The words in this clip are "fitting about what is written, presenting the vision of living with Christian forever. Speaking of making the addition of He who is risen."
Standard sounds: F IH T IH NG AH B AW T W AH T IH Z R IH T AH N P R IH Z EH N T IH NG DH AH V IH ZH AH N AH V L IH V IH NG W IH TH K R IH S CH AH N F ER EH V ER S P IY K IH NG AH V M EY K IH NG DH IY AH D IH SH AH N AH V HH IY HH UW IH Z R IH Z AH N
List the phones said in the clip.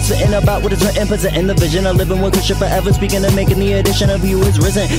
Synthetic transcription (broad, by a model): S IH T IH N AH B AW T W AH T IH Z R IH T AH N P IH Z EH T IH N DH AH V IH ZH AH N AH L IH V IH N W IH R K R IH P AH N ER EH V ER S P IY K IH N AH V M EY K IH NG DH IY AH D IH SH AH N AH V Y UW IH Z R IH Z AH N